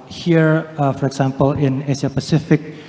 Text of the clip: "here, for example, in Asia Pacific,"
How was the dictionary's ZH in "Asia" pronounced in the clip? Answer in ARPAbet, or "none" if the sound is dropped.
S